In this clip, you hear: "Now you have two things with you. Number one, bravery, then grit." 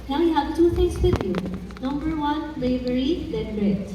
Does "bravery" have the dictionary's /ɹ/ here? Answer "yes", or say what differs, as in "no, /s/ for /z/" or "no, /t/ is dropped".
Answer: no, /ɹ/ is dropped